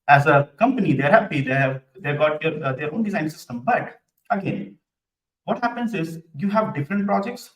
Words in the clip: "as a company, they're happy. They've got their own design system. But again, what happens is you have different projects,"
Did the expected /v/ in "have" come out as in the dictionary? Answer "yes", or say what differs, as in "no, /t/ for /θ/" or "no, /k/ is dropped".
yes